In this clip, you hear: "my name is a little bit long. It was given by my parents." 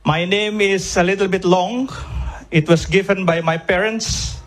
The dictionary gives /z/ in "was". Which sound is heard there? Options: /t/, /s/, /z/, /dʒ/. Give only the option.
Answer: /s/